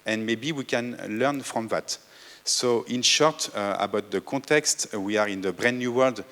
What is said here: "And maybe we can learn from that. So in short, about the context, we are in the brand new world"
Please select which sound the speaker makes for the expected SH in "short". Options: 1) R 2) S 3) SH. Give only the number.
3